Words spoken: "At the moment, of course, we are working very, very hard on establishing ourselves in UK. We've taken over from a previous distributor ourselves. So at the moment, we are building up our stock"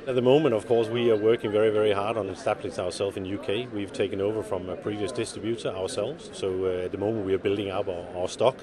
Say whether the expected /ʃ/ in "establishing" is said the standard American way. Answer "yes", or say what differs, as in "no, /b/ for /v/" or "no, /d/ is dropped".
no, /s/ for /ʃ/